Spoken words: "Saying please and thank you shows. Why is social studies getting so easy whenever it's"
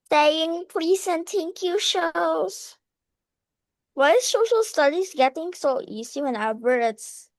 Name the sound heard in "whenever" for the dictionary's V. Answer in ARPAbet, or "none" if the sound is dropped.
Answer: B